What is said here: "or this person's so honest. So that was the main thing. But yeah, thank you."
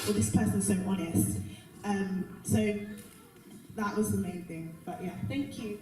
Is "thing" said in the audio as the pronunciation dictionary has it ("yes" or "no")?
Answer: yes